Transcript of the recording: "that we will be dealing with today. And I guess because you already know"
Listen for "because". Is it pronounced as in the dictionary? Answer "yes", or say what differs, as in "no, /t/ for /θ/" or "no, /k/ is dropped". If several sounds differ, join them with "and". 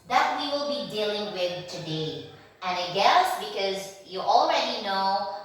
yes